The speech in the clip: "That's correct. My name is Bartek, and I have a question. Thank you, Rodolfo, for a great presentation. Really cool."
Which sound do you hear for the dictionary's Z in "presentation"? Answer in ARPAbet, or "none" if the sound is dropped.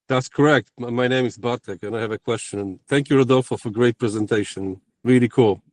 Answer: Z